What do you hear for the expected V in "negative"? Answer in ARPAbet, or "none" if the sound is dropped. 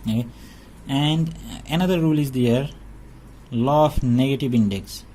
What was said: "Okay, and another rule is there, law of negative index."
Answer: V